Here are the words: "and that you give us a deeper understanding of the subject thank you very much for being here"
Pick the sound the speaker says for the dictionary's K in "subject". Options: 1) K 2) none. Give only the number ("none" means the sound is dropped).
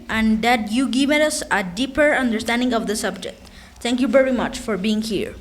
1